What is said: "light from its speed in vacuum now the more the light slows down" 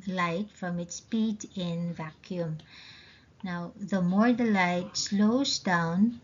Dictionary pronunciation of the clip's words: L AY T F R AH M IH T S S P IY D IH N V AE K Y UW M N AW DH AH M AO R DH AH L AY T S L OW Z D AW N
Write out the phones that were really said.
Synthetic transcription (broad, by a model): L AY T F R AH M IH T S S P IY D IH N V AE K Y UW M N AW DH AH M AO R DH AH L AY T S L OW Z D AW N